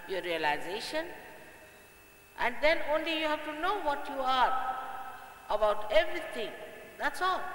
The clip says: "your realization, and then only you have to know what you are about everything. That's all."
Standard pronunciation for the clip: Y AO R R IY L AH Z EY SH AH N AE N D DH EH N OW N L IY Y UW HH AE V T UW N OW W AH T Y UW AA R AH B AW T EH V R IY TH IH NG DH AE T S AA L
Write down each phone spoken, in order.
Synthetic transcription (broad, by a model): Y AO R R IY L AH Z EY SH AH N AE N D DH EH N OW N L IY Y UW HH AE V T UW N OW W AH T Y UW AA R AH B AW T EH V R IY T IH NG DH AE T S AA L